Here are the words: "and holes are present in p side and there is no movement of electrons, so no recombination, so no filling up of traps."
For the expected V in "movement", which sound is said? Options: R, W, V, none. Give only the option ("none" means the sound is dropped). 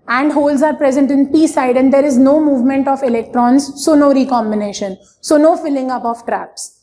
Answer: V